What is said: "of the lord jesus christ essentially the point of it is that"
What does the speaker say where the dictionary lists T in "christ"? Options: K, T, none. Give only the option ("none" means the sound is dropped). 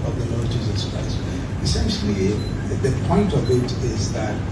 none